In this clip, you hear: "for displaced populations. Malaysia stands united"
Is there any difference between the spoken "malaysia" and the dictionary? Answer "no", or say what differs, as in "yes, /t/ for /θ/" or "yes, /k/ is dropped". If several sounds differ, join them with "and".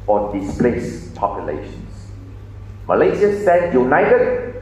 yes, /z/ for /ʒ/